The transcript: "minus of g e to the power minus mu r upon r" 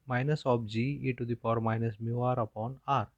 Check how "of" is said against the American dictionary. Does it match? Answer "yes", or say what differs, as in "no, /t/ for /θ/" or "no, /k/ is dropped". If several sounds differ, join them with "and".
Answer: no, /p/ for /v/